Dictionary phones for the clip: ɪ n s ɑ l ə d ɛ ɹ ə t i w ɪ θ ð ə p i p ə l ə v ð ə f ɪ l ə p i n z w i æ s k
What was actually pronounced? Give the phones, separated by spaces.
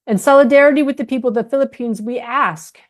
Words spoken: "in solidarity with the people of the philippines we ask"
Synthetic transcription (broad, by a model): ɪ n s ɑ l ə d ɛ ɹ ə t i w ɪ ð ə p i p l ð ə f ɪ l ə p i n z w i æ s k